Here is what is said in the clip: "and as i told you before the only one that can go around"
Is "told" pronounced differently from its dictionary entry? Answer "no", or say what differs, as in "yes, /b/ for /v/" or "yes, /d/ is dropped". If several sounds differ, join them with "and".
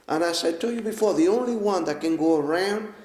yes, /s/ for /t/